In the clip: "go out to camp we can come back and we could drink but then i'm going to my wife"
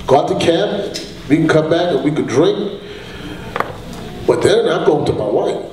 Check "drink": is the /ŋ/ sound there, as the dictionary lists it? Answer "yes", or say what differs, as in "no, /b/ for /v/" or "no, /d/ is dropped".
yes